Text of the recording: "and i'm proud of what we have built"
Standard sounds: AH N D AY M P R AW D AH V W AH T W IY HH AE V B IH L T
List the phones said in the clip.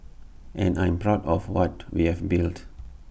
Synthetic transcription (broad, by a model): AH N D AY M P R AW D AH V W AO T W IY HH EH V B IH L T